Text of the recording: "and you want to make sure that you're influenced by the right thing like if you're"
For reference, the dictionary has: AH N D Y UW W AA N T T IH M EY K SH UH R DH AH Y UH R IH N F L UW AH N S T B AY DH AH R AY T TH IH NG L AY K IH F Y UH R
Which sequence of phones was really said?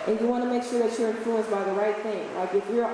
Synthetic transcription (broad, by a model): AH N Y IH W AA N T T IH M EY K SH UH R DH AH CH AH R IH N F L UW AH N S B AY DH AH R AY T TH IH NG L AY K IH F Y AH R